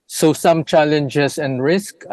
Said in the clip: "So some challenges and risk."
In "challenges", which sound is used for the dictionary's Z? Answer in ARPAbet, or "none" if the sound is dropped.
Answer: S